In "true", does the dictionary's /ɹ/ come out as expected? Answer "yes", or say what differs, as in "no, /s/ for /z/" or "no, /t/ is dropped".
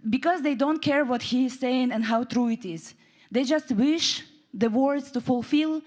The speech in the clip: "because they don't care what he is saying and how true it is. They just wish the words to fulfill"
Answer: yes